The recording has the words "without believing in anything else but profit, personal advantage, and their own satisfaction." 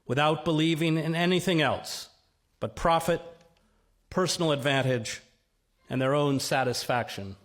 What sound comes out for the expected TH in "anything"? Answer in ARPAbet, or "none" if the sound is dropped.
TH